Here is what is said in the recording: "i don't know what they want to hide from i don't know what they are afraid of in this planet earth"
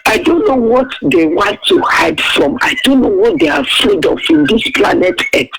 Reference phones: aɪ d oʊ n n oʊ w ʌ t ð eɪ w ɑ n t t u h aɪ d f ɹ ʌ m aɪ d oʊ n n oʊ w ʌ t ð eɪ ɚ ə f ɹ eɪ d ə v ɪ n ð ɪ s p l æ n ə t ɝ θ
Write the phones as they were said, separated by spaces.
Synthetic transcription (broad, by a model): aɪ d oʊ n n oʊ w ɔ t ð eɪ w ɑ n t t u h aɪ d f ɹ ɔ m aɪ d oʊ n n oʊ w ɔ t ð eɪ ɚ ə f eɪ d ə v ɪ n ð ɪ s p l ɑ n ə t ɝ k